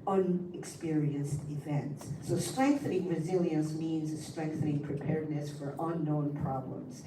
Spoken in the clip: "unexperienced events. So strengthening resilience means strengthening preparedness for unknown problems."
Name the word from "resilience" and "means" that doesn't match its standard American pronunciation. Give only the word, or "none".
none